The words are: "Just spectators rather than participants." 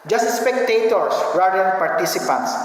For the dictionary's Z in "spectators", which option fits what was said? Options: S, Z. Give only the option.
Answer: S